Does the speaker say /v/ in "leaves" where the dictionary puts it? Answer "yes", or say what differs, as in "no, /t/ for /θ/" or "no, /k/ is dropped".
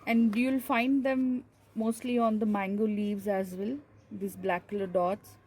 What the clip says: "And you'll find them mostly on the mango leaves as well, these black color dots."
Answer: yes